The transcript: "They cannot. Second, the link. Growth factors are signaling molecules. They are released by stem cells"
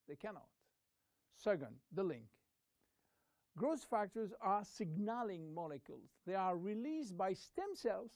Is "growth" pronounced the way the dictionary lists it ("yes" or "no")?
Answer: no